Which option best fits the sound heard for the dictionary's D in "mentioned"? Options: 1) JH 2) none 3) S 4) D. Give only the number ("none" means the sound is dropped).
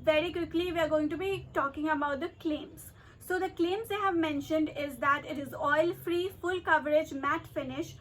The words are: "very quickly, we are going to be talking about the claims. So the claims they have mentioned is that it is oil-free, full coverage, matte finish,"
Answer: 4